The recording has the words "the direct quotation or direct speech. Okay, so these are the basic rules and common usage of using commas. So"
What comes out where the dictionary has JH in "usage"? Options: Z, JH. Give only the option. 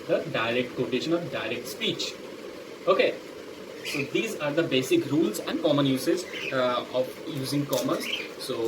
Z